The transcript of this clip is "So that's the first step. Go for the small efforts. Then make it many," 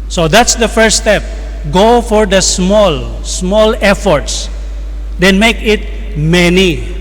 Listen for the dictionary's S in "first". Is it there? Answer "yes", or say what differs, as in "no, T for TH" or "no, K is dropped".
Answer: no, S is dropped